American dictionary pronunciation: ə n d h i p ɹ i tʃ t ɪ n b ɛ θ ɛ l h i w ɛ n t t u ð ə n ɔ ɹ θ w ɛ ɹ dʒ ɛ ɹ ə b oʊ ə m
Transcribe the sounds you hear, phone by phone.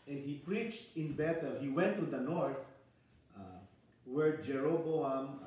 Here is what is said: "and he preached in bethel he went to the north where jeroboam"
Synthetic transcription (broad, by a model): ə n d h i p ɹ i tʃ t ɪ n b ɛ t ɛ l h i w ɛ n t t u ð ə n ɔ ɹ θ w ɛ ɹ dʒ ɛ ɹ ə b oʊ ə m